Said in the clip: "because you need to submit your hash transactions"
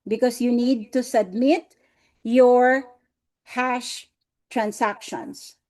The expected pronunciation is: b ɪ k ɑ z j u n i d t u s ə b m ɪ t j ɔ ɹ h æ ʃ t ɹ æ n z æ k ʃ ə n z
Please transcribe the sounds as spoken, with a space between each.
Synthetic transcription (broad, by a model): b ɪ k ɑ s j u n i d t u s ə b m ɪ t j ɔ ɹ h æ ʃ t ɹ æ n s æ k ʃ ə n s